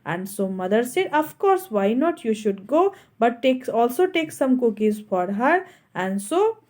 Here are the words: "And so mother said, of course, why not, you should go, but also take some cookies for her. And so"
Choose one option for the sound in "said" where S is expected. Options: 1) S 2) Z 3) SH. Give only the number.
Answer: 1